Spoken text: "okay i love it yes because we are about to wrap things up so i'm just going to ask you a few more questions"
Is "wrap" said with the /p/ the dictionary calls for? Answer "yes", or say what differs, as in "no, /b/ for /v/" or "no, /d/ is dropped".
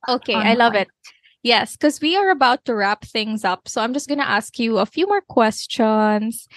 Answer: yes